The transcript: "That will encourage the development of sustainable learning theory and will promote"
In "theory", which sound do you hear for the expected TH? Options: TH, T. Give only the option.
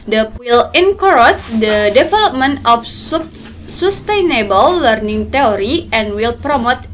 T